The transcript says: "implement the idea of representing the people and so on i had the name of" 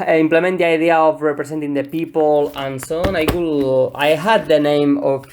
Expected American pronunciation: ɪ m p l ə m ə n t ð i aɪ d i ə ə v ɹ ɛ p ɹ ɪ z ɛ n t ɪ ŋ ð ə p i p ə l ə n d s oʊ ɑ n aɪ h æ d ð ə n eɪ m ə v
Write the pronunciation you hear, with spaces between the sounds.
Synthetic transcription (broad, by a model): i m p l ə m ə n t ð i aɪ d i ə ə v ɹ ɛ p ɹ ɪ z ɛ n t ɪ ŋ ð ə p i p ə l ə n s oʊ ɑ l aɪ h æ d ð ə n eɪ m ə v